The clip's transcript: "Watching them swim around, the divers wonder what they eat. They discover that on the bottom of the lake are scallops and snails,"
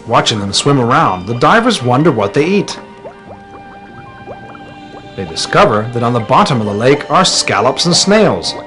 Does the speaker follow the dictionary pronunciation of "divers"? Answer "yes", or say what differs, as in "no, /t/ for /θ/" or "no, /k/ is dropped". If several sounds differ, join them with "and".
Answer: yes